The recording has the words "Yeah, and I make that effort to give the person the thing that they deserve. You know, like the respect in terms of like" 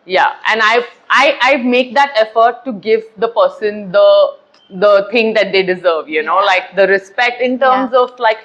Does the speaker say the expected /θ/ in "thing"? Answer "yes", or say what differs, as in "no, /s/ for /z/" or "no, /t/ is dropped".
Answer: no, /t/ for /θ/